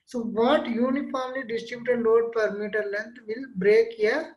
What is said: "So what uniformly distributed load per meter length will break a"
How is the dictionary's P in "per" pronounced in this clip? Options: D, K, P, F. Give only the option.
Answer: P